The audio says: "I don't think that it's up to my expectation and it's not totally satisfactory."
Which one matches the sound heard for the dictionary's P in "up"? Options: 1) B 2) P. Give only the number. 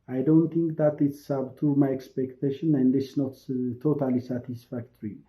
1